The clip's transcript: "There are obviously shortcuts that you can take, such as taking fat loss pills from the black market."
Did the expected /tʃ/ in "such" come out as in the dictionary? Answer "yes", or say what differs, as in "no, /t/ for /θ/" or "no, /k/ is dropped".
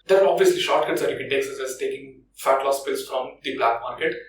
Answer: no, /s/ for /tʃ/